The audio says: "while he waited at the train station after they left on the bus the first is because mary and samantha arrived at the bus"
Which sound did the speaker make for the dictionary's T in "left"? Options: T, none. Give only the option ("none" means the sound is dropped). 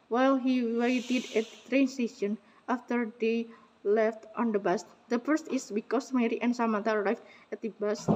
T